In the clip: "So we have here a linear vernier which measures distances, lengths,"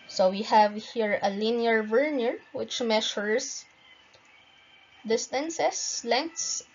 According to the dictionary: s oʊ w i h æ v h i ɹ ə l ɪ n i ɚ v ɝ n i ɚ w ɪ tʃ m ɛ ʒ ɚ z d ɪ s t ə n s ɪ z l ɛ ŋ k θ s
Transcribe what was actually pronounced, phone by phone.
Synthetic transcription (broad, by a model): s oʊ w i h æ v h i ɹ ə l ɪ n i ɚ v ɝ n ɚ w ɪ tʃ m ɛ ʃ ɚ s d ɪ s t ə n s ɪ s l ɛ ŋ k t s